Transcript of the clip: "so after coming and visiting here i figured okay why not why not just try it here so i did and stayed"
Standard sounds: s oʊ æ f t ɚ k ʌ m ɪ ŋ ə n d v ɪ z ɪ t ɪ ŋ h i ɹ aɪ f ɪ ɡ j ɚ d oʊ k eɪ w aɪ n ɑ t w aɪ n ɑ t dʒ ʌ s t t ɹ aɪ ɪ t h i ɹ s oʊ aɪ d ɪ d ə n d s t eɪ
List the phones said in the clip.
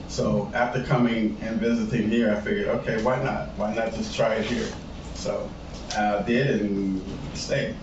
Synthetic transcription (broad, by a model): s oʊ æ f t ɚ k ʌ m ɪ ŋ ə n v ɪ z ɪ t ɪ ŋ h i ɹ aɪ f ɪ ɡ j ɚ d oʊ k eɪ w aɪ n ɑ t w aɪ n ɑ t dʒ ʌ s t t ɹ aɪ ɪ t h i ɹ s oʊ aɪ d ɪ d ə n s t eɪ